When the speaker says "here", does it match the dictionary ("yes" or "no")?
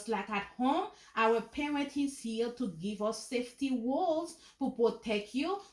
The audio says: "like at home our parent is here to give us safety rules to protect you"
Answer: no